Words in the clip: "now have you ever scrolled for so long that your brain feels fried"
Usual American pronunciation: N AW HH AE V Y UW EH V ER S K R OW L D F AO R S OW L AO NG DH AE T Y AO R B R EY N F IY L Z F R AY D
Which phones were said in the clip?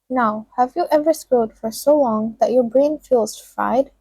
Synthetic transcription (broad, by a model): N AW HH AE V Y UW EH V ER S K OW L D F AO R S OW L AO NG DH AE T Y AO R B R EY N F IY L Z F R AY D